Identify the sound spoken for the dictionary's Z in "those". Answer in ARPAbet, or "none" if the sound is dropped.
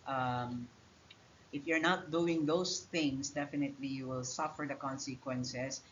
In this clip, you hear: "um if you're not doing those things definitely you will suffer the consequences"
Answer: S